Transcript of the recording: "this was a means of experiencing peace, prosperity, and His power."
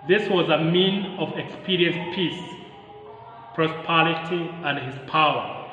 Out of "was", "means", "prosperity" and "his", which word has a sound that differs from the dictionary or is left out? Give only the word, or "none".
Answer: means